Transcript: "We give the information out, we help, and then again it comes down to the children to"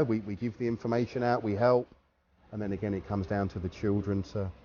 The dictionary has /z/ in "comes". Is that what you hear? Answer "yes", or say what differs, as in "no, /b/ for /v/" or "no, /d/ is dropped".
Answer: yes